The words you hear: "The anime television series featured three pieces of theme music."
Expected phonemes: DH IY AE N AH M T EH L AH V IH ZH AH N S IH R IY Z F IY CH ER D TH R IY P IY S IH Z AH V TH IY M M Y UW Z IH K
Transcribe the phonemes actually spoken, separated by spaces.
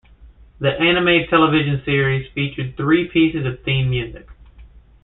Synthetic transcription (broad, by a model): DH IY AE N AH M T EH L AH V IH ZH AH N S IH R IY Z F IY CH ER D TH R IY P IY S IH Z AH V TH IY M M Y UW Z IH K